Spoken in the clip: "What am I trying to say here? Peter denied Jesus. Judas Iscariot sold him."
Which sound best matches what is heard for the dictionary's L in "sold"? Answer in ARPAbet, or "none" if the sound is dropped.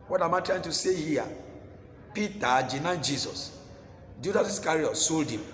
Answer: L